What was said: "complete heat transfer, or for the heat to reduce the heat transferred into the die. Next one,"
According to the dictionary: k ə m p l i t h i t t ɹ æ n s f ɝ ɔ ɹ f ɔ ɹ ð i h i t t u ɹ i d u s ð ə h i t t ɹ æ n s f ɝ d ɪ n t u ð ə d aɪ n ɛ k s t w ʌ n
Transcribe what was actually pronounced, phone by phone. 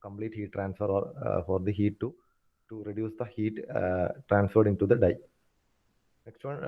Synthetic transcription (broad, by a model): k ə m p l i t h i t t ɹ æ n s f ɝ ɔ ɹ f ɔ ɹ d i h i t t u ɹ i d u s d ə h i t t ɹ æ n s f ɝ d ɪ n t u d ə d aɪ n ɛ k s t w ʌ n